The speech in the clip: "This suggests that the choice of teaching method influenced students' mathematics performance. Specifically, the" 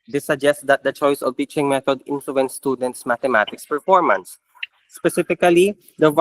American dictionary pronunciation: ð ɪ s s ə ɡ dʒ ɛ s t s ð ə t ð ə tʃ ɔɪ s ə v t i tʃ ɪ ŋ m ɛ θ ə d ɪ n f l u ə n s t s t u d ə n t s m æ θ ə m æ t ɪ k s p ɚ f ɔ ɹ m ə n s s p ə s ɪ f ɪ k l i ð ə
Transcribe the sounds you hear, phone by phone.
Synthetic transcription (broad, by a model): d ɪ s s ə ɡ dʒ ɛ s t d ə t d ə tʃ ɔɪ s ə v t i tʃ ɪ ŋ m ɛ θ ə d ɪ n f l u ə n t s t u d ə n t s m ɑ t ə m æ t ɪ k s p ɚ f ɔ ɹ m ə n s s p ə s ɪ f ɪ k l i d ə